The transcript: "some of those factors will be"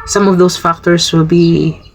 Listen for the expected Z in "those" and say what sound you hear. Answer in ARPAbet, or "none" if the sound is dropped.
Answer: S